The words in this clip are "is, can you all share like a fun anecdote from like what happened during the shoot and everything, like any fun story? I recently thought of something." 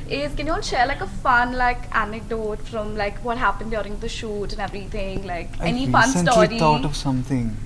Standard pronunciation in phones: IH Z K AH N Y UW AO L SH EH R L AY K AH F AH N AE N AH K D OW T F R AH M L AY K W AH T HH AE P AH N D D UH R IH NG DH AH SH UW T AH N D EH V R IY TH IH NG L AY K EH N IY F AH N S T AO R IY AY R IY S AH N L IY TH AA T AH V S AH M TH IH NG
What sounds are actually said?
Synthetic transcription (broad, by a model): IH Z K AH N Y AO N SH EH R L AY K AH F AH N AE N AH K D OW T F R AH M L AY K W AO T HH AE P AH N D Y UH R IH NG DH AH SH UW T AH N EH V R IY T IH NG L AY K EH N IY F AH N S S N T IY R IY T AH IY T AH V S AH M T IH NG